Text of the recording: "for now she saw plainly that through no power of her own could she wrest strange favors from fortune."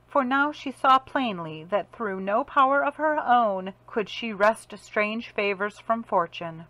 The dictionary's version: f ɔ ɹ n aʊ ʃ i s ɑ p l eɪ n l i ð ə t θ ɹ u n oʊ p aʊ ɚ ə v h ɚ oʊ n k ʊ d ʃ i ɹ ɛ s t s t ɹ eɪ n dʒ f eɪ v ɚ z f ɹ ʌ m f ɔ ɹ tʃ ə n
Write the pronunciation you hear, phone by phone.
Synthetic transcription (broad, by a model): f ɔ ɹ n aʊ ʃ i s ɑ p l eɪ n l i ð ə t θ ɹ u n oʊ p aʊ ɚ ə v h ɚ oʊ n k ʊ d ʃ i ɹ ɛ s t s t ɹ eɪ n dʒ f eɪ v ɚ z f ɹ ʌ m f ɔ ɹ tʃ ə n